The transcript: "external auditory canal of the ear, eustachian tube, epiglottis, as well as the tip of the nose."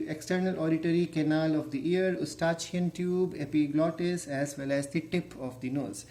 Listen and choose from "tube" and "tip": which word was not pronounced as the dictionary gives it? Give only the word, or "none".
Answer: none